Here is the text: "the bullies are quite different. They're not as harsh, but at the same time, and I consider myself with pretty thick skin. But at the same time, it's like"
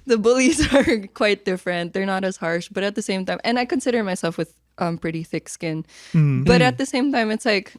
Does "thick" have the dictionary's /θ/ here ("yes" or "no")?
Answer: yes